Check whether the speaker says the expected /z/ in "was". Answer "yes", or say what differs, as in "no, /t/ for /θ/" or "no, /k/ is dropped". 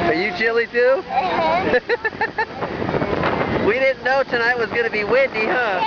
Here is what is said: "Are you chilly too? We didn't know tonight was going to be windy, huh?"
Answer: yes